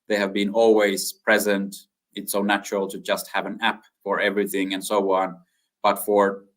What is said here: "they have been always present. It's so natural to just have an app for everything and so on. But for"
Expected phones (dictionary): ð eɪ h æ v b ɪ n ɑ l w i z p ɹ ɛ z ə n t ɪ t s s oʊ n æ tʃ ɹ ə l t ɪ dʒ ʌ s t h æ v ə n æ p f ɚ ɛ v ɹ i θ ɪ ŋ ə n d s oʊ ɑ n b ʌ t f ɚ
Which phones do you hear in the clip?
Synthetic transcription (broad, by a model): ð eɪ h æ v b ɪ n ɑ l w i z p ɹ ɛ z ə n t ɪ t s s oʊ n æ tʃ ɹ ə l t ɪ dʒ ʌ s t h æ v ə n æ p f ɚ ɛ v ɹ i θ ɪ ŋ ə n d s oʊ ɑ n b ʌ t f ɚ